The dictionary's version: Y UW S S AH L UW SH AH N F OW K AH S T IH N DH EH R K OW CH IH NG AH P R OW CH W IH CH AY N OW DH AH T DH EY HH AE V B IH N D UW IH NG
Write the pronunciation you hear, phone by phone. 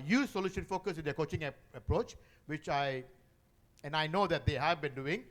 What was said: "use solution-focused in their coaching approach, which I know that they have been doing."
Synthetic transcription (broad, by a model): Y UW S S AH L UW SH AH N F OW K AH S IH N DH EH K OW CH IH NG AH P R OW CH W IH CH AY N OW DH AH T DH EY HH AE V B IH N D UW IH NG